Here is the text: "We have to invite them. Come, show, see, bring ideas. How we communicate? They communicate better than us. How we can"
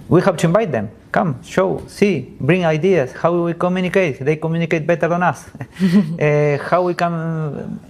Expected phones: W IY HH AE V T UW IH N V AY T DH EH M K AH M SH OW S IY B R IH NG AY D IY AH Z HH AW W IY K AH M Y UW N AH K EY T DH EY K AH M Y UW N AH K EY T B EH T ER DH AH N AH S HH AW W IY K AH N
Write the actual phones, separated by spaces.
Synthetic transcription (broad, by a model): W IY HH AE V T UW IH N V AY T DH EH M K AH M SH OW S IY B R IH NG AY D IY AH S HH AW W IY K AH M Y UW N AH K EY T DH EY K AH M Y UW N AH K EY T B EH T ER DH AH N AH S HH AW W IY K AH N